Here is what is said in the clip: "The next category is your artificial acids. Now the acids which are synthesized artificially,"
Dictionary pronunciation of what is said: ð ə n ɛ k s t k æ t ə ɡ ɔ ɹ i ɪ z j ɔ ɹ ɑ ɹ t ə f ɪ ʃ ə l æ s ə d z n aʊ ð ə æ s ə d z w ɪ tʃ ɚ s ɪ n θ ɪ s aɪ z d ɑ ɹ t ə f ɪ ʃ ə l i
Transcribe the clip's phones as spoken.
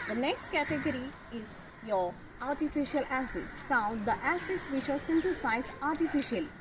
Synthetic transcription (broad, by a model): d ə n ɛ k s t k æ t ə ɡ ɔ ɹ i ɪ z j ɔ ɹ ɑ ɹ t ə f ɪ ʃ ə l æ s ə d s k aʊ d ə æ s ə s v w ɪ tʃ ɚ s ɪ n t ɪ s aɪ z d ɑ ɹ t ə f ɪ ʃ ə l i